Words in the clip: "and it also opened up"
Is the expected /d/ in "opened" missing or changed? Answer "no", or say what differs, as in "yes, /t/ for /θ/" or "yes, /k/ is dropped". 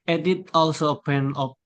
yes, /d/ is dropped